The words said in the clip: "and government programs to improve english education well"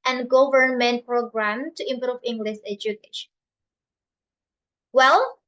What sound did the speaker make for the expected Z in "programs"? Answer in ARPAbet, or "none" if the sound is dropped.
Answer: none